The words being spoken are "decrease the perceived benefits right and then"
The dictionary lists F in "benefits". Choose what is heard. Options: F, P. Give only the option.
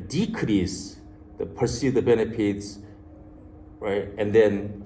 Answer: P